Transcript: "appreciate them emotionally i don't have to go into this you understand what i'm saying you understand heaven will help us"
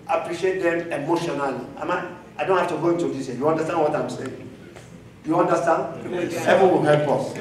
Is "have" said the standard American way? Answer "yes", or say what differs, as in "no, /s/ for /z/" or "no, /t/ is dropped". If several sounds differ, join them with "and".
no, /f/ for /v/